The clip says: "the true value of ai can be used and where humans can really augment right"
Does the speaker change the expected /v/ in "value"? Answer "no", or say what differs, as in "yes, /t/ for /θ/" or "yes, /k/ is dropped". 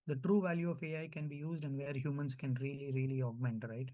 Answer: no